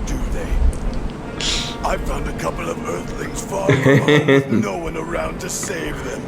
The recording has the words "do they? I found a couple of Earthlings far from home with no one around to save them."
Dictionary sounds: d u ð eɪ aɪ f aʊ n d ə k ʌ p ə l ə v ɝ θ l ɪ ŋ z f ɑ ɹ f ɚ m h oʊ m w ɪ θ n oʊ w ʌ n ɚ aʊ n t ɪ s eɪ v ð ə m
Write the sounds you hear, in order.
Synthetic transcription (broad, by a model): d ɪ ð eɪ aɪ f aʊ n d ə k ʌ p l ə v ɝ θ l ɪ ŋ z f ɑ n oʊ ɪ w ʌ n ɚ aʊ n t ɪ s eɪ v ð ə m